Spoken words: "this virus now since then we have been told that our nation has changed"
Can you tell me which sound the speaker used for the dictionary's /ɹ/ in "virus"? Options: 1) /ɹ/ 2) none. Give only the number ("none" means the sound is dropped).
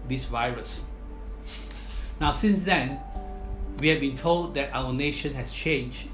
1